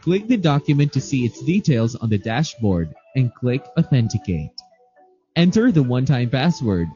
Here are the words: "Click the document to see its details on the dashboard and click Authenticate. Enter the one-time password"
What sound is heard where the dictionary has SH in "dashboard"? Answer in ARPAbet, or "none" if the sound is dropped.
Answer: SH